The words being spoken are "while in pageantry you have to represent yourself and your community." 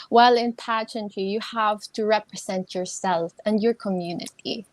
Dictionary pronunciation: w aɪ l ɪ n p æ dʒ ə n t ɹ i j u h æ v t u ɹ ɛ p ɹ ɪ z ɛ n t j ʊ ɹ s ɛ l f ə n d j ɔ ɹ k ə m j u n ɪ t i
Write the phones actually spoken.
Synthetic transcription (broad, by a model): w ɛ l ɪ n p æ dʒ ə n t i j u h æ v t u ɹ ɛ p ɹ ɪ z ɛ n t j ʊ ɹ s ɛ l f ə n d j ɔ ɹ k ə m j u n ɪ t i